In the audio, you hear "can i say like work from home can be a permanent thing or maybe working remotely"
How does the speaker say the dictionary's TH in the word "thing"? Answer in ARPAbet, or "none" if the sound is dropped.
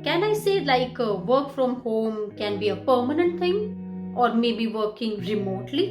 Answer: T